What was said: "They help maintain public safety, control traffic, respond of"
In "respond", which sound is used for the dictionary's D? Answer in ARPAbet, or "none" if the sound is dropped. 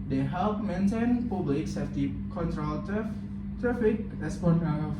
none